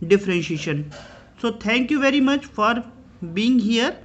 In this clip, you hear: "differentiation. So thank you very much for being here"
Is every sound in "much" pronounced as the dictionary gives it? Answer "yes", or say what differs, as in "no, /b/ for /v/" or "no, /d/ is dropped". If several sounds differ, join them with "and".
yes